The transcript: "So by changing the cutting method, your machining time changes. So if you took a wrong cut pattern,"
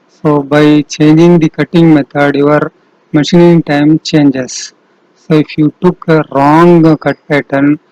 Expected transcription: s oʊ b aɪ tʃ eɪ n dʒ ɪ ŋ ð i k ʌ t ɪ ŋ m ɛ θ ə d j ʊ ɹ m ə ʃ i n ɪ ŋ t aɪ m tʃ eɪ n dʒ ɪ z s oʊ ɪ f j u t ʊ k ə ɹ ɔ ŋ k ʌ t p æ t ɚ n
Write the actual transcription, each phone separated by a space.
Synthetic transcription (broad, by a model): s oʊ b aɪ tʃ eɪ n dʒ ɪ ŋ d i k ʌ t ɪ ŋ m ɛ t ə d j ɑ ɹ m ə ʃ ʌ n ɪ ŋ t aɪ m tʃ eɪ n dʒ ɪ s oʊ ɪ f j u t ʊ k ə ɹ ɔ ŋ k ʌ t p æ t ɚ n